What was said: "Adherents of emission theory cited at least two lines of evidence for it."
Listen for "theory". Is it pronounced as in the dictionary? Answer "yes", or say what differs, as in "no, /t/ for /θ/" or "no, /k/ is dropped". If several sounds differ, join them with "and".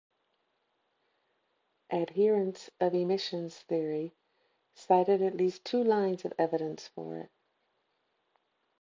yes